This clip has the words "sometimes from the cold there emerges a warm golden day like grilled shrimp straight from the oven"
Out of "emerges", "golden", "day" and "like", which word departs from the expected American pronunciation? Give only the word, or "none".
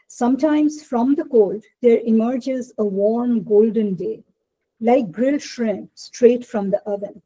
none